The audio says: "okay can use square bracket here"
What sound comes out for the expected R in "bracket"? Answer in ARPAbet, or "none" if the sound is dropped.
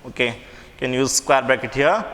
none